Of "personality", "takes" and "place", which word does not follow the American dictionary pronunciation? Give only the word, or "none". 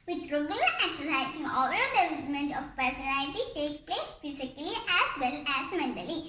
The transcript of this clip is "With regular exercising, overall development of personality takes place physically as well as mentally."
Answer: takes